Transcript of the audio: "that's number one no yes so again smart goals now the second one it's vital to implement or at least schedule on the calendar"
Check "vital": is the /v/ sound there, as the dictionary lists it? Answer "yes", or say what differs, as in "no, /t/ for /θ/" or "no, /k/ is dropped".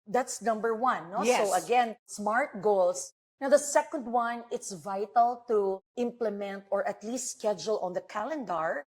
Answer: yes